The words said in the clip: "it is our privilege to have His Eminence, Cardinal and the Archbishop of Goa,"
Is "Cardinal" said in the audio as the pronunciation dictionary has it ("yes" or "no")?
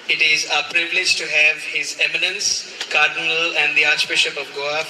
yes